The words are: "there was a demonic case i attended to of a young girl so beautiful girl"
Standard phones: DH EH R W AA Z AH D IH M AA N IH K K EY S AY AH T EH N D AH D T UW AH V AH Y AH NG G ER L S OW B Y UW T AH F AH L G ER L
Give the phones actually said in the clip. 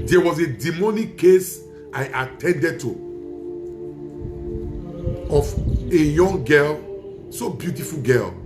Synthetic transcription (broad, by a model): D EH W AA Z AH D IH M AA N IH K K EY S AY AH T EH N D AH D T UW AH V AH Y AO NG G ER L S OW B Y UW T AH F AH L G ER L